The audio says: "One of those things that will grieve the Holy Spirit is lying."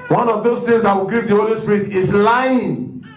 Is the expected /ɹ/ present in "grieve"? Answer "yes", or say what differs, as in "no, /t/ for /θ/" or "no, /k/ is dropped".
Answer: no, /ɹ/ is dropped